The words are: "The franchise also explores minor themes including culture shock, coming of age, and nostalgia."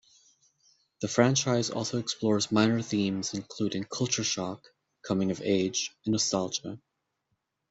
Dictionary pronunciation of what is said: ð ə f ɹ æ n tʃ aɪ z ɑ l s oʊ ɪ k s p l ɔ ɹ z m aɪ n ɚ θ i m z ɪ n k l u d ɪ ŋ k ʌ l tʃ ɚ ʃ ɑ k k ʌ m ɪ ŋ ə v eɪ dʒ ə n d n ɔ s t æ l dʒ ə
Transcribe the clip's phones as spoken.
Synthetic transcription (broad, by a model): ð ə f ɹ æ n tʃ aɪ z ɑ l s oʊ ɪ k s p l ɔ ɹ z m aɪ n ɚ θ i m z ɪ n k l u d ɪ ŋ k ʌ l tʃ ɚ ʃ ɑ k k ʌ m ɪ ŋ ə v eɪ dʒ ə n n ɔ s t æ l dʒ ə